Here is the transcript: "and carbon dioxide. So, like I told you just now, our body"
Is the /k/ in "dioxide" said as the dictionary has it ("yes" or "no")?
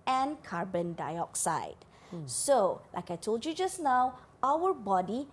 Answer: yes